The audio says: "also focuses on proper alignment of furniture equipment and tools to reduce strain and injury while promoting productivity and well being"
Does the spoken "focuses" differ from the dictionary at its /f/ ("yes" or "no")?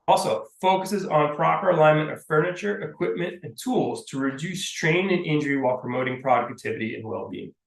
no